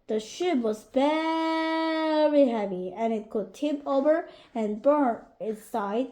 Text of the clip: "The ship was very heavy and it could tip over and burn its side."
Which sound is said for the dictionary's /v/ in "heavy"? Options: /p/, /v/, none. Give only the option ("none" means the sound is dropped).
/v/